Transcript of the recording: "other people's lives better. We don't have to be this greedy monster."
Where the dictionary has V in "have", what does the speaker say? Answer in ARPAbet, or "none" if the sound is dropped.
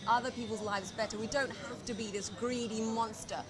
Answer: F